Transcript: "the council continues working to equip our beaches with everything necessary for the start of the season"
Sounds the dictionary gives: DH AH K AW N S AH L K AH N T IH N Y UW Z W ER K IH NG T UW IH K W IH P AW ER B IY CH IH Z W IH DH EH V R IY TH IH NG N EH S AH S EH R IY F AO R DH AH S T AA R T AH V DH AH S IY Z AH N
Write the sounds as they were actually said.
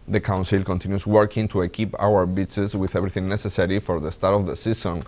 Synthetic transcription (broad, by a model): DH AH K AW N S AH L K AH N T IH N Y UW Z W ER K IH NG T UW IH K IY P AW ER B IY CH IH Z W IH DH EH B R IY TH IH NG N EH S AH S EH R IY F AO R DH AH S T AA R T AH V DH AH S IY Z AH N